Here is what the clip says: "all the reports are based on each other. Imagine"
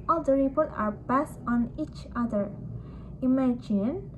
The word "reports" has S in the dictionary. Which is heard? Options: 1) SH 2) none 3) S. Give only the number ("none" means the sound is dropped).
2